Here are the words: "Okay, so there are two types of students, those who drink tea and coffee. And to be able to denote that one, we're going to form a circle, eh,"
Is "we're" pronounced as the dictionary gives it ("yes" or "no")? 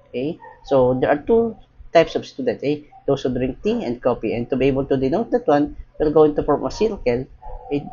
no